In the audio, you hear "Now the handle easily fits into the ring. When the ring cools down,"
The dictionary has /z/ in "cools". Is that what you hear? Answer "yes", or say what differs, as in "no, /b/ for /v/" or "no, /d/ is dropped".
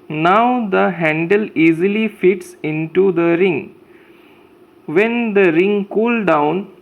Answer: no, /z/ is dropped